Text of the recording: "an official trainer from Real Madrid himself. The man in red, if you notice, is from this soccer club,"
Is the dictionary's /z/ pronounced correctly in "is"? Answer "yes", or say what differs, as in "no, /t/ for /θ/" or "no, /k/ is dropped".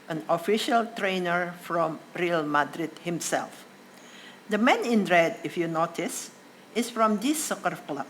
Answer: no, /s/ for /z/